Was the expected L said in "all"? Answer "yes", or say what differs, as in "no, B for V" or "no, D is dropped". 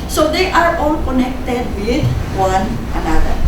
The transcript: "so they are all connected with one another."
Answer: yes